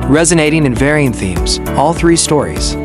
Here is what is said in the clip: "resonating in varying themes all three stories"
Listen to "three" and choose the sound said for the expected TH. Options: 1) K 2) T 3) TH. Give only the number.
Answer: 3